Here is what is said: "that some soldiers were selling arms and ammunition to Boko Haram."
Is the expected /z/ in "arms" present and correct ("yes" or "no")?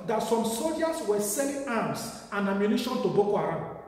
no